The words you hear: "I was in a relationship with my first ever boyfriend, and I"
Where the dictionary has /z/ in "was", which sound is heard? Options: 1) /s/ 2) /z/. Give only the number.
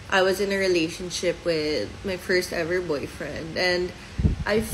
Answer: 2